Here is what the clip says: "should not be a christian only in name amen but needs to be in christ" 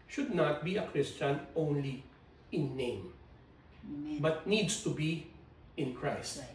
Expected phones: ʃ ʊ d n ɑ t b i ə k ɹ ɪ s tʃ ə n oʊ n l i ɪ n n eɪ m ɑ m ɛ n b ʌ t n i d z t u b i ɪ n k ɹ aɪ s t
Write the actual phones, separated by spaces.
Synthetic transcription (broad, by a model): ʃ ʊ d n ɑ t b i ə k ɹ ɪ s tʃ ə n oʊ n l i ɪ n n eɪ ɑ m b ʌ t n i d s t u b i ɪ n k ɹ aɪ s t